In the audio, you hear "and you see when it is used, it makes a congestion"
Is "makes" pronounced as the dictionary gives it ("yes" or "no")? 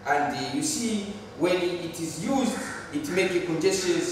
no